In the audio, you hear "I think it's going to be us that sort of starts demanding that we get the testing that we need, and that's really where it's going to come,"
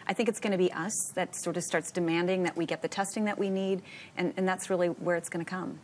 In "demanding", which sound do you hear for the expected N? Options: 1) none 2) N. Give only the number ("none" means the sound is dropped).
2